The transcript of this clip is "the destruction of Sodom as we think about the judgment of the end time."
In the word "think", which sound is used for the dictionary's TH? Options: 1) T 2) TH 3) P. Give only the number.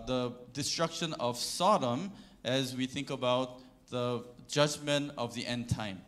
2